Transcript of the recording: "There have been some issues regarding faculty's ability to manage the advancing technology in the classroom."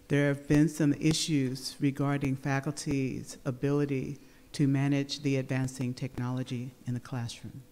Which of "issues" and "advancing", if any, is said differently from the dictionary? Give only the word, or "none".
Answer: none